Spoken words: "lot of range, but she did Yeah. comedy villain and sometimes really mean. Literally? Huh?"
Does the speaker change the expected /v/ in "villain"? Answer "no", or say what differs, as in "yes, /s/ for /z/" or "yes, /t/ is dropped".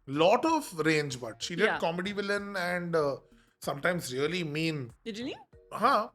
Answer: no